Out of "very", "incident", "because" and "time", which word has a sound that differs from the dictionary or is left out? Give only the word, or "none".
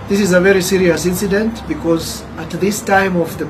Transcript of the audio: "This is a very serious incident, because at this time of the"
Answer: none